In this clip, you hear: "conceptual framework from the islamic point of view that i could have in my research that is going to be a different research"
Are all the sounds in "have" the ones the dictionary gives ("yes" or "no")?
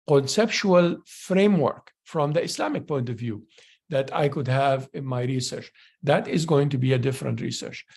yes